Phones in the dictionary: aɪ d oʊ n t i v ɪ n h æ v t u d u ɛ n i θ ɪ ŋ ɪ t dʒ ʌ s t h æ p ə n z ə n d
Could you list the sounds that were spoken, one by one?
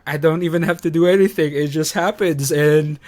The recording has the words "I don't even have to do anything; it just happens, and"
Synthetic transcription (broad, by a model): aɪ d oʊ n t i v ɪ n h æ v t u d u ɛ n i θ ɪ ŋ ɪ t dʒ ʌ s t h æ p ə n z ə n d